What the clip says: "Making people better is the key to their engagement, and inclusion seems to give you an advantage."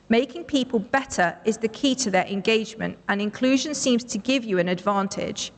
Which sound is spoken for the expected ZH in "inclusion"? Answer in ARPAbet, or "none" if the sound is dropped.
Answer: ZH